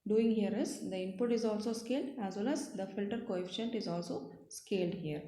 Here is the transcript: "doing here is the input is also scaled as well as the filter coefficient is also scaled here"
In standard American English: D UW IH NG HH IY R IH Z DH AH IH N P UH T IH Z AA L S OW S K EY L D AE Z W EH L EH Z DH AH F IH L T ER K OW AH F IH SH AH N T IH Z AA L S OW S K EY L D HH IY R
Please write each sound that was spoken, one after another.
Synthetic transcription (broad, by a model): D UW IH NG HH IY R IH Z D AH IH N P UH T IH Z AA L S OW S K EY L D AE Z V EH L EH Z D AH F IH L T ER K OW AH F IH SH AH N T IH Z AA L S OW S K EY L D HH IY R